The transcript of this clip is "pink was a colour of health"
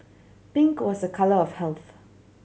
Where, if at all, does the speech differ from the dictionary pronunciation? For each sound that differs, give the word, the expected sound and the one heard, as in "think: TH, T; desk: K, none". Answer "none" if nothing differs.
pink: P, B